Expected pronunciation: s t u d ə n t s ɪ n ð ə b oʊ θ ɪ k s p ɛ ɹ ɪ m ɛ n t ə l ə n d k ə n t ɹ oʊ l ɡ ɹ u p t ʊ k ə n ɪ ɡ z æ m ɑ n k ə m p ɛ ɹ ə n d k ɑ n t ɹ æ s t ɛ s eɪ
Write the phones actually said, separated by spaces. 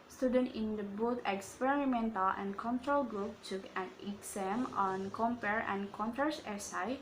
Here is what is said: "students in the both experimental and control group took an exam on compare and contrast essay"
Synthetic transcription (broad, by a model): s t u d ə n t ɪ n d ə b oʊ t ɪ k s p ɛ ɹ ɪ m ɛ n t ə l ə n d k ə n t ɹ oʊ l ɡ ɹ u p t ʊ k ə n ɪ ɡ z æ m ɑ n k ə m p ɛ ɹ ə n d k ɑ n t æ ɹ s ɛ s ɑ